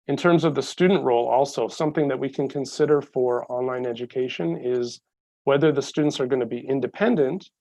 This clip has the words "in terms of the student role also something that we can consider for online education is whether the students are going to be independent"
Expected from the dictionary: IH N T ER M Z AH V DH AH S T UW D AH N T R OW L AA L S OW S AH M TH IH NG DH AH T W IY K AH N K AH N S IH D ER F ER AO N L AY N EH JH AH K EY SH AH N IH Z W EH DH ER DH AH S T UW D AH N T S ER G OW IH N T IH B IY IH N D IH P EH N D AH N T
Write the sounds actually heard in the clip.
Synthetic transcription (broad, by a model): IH N T ER M Z AH V DH AH S T UW D N T R OW L AA L S OW S AH M TH IH NG DH AH T W IY K AH N K AH N S IH D ER F ER AO N L AY N EH JH AH K EY SH AH N IH Z W EH DH ER DH AH S T UW D N T S ER G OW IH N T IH B IY IH N D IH P EH N D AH N T